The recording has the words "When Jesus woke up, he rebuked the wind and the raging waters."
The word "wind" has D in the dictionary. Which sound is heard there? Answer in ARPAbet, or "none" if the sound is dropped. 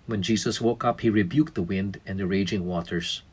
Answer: D